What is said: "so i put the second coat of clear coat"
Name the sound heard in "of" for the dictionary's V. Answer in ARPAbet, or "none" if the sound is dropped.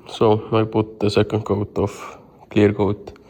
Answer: F